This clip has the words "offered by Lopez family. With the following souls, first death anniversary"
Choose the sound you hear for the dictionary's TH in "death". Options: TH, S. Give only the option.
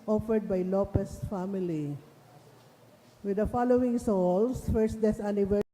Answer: S